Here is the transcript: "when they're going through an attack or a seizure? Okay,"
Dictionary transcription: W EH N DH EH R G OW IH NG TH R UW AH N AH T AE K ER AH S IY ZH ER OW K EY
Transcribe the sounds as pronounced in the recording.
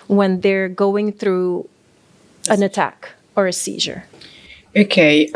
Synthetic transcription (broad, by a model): W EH N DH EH R G OW IH NG TH R UW AH N AH T AE K ER AH S IY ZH ER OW K EY